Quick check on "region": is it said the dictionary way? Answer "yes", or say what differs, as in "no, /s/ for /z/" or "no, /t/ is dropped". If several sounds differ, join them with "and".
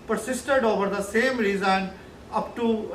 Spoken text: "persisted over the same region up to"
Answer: no, /z/ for /dʒ/